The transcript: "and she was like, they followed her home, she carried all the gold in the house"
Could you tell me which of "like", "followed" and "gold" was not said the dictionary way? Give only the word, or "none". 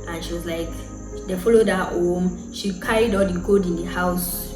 gold